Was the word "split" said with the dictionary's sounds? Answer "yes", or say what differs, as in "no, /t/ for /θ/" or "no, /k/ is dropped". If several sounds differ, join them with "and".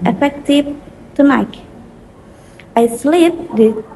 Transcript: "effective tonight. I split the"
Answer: no, /p/ is dropped